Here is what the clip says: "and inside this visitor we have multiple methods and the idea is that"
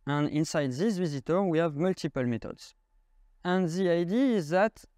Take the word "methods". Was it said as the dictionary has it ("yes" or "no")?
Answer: no